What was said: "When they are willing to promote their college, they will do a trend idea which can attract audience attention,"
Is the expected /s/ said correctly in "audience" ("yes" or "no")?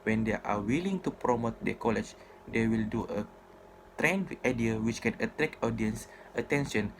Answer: yes